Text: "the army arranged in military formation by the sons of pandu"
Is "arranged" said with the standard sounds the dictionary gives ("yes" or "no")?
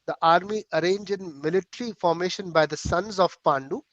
no